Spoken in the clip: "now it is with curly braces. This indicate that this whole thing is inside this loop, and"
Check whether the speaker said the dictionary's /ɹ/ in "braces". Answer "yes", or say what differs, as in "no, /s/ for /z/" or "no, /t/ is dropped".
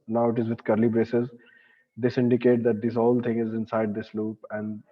yes